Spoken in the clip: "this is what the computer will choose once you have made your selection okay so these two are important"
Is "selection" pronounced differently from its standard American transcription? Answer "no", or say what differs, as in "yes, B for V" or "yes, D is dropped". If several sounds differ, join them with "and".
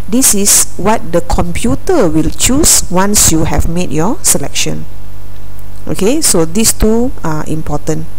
no